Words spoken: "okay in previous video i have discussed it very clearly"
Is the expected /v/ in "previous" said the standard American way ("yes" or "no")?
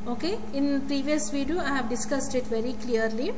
yes